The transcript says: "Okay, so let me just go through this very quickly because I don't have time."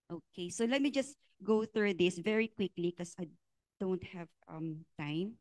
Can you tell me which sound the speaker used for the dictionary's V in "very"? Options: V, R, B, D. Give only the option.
V